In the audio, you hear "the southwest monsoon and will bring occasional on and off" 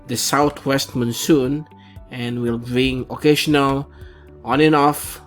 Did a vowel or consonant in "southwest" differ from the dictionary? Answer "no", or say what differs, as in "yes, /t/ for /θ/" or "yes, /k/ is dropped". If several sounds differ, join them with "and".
yes, /t/ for /θ/